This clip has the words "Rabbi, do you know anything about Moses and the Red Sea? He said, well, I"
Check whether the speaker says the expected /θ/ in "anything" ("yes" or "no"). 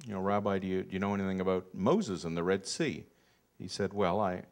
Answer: yes